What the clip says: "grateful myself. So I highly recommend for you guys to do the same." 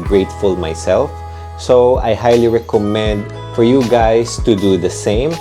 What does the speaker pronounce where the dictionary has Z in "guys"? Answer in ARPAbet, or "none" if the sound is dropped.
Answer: S